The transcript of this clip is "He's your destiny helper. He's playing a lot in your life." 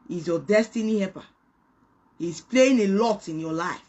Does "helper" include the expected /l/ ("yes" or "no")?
no